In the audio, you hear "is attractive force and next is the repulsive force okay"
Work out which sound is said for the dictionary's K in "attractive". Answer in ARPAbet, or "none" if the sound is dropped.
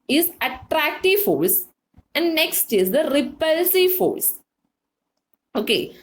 K